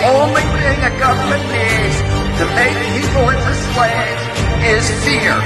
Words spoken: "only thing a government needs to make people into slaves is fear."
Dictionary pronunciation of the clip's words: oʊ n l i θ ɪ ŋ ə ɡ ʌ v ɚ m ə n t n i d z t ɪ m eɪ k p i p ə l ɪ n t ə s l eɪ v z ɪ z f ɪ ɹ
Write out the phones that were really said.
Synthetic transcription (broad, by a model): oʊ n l i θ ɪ ŋ ə ɡ ʌ v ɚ m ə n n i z t ɪ m eɪ k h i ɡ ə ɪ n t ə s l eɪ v ɪ z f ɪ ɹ